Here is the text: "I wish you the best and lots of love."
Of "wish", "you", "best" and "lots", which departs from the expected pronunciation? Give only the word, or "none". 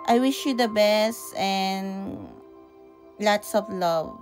none